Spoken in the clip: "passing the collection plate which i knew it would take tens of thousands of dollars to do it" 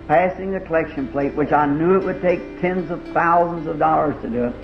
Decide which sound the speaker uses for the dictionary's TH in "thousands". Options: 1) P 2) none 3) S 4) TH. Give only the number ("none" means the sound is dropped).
4